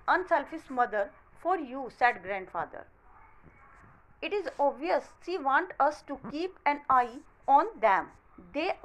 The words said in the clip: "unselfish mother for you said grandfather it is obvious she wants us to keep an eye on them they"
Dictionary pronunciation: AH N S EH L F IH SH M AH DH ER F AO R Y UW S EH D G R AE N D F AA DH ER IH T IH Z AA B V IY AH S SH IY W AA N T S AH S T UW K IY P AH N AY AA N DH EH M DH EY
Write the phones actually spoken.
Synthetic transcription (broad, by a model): AH N S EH L F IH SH M AH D ER F AO R Y UW S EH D G R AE N D F AA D ER IH T IH Z AA B V IY AH S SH IY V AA N T AH S T UW K IY P AH N AY AA N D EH M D EY